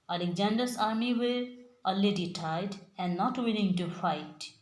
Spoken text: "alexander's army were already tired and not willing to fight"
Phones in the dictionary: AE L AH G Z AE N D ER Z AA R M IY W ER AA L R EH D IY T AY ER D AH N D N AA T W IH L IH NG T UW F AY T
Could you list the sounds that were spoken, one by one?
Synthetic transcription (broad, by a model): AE L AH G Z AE N D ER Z AA R M IY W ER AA L EH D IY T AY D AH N N AA T W IH L IH NG T UW F AY T